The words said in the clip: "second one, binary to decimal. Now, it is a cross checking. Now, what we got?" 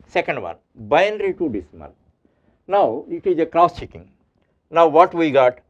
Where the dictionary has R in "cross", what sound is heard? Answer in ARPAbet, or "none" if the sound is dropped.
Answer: R